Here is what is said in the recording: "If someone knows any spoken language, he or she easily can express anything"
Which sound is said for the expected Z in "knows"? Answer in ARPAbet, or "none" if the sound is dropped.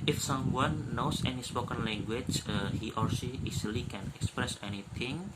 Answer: S